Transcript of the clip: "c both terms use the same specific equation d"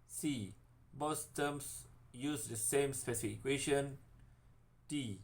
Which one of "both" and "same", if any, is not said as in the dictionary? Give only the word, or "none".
both